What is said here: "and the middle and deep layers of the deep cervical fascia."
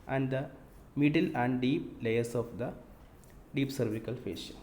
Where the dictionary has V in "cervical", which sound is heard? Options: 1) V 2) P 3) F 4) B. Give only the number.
1